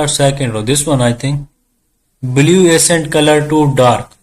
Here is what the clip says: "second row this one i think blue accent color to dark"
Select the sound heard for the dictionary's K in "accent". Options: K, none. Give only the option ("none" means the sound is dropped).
none